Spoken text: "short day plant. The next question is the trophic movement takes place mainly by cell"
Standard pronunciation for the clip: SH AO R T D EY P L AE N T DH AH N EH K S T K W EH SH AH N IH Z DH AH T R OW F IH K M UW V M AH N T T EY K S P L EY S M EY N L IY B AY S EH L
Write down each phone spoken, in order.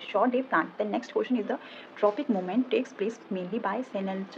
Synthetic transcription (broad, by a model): SH AO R T D EY P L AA N T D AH N EH K S T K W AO SH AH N IH Z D AH T R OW P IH K M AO M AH N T T EY K S P L EY S M EY N L IY B AY S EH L